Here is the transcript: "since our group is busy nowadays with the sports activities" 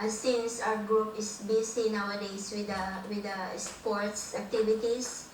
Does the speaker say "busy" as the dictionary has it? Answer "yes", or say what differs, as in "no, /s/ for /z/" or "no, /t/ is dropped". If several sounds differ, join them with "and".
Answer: no, /s/ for /z/